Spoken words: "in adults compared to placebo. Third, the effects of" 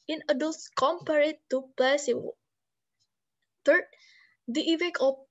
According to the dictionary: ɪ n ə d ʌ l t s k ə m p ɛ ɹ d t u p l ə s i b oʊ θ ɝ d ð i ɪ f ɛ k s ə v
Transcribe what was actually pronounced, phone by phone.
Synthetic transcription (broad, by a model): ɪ n ə d ʌ l t s k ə m p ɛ ɹ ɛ t u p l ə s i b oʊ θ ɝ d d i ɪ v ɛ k ə